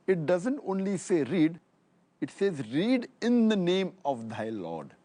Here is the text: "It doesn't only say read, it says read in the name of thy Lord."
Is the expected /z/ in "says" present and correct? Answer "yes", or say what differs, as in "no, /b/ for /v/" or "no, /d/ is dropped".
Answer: yes